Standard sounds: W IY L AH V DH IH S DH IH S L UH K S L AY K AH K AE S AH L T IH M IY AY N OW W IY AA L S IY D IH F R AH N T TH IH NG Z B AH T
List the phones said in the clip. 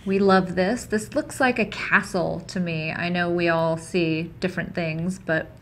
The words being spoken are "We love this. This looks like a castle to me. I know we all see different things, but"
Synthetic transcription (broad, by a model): W IY L AH V DH IH S DH IH S L UH K S L AY K AH K AE S L T IH M IY AY N OW W IY AA L S IY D IH F R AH N TH IH NG Z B AH T